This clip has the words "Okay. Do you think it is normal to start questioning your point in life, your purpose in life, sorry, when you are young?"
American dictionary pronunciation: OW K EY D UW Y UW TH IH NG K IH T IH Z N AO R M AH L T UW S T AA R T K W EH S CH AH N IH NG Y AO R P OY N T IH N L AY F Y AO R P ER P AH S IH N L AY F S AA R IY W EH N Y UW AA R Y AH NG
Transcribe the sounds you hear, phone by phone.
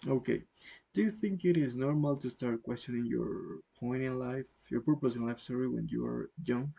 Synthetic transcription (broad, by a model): OW K EY D UW Y UW TH IH NG K IH T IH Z N AO R M AH L T UW S T AA R T K W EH S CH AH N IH NG Y AO R P OY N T IH N L AY F Y AO R P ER P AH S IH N L AY F S AA R IY W EH N Y UW AA R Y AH NG